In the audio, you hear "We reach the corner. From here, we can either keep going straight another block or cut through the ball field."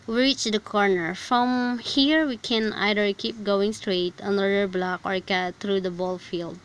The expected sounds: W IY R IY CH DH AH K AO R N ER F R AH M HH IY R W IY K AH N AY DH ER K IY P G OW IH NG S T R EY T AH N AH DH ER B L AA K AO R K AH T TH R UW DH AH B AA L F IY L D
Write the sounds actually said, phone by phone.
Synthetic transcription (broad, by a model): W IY R IY CH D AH K AO R N ER F R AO M HH IY R W IY K AH N AY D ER K IY P G OW IH NG S T R EY T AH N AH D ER B L AA K AO R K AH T T R UW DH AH B AA L F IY L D